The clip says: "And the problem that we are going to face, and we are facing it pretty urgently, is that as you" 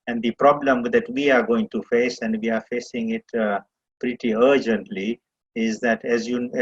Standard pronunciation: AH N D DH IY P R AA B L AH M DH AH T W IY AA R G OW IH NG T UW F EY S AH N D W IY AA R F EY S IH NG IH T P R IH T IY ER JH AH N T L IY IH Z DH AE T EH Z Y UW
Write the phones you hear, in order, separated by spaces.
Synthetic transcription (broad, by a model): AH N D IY P R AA B L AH M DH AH T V IY AA R G OW IH NG T UW F EY S AH N D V IY AA R F EY S IH NG IH T P R IH T IY ER JH AH N T L IY IH Z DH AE T EH Z Y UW